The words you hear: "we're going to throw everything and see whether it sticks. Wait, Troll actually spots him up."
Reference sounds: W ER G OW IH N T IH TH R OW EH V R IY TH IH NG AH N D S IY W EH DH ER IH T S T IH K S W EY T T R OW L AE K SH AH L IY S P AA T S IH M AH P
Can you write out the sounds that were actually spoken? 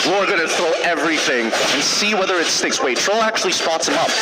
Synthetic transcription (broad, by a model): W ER G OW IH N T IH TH R OW EH V R IY TH IH NG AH N S IY W EH DH ER IH T S T IH K S W EY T T R OW L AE K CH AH L IY S P AA T S IH M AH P